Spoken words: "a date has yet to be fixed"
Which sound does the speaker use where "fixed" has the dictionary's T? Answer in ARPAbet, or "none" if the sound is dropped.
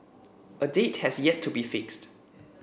T